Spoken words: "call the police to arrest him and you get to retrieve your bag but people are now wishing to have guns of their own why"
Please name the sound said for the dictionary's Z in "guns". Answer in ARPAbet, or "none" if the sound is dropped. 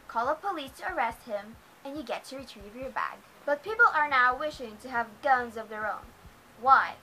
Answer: Z